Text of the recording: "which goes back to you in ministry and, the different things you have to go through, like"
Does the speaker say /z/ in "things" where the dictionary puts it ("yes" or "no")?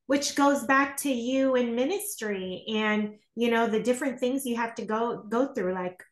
yes